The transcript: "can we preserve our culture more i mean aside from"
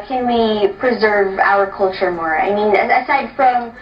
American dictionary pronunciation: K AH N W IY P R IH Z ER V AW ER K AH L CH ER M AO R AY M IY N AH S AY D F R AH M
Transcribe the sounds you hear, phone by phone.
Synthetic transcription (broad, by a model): K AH N W IY P R IH Z ER V AW ER K AH L CH ER M AO R AY M IY N AH S AY D F R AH M